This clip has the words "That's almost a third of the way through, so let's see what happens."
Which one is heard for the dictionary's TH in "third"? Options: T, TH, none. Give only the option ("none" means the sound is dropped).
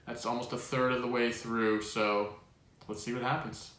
TH